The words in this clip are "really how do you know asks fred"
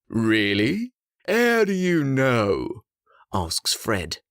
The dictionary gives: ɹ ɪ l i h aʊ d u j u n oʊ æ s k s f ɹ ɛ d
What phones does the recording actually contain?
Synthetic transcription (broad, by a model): ɹ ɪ l i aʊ d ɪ j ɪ n oʊ æ s k s f ɹ ɛ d